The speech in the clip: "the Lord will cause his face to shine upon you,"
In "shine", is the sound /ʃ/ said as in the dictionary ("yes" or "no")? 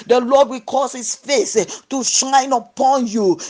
yes